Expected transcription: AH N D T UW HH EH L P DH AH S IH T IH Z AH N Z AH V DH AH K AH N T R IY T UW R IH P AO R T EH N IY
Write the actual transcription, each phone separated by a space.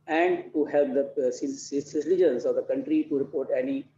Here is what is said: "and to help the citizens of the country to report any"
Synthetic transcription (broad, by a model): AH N D T UW HH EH L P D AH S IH S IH S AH N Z AH V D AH K AH N T R IY T UW R IH P AO R T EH N IY